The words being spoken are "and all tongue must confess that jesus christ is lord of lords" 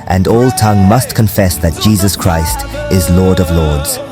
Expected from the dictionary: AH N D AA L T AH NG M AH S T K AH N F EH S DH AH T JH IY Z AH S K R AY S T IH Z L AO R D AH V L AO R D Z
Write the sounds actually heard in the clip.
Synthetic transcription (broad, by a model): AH N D AA L T AH NG M AH S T K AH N F EH S DH AH T JH IY Z AH S K R AY S T IH Z L AO R D AH V L AO R D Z